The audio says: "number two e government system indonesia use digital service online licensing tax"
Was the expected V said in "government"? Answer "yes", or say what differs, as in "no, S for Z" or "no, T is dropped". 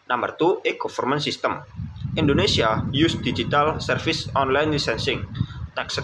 no, F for V